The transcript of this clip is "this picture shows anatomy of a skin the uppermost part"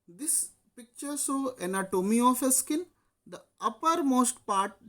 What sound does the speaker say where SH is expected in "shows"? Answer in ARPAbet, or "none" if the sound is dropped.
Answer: S